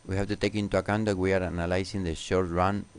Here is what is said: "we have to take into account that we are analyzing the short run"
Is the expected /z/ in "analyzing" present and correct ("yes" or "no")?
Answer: no